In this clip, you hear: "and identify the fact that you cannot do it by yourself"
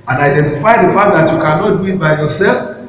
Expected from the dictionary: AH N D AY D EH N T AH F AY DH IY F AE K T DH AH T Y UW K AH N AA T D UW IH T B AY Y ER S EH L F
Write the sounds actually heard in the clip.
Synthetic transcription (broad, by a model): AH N AY D EH N T AH F AY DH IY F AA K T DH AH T Y UW K AH N AA T D UW IH T B AY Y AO S EH L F